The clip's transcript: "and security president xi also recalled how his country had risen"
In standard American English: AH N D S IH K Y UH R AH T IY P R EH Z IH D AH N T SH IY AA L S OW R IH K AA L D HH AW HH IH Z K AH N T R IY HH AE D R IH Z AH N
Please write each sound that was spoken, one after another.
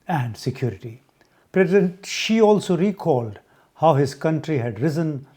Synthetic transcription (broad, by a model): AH N D S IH K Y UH R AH T IY P R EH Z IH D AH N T SH IY AA L S OW R IH K AA L D HH AW HH IH Z K AH N T R IY HH AE D R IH Z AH N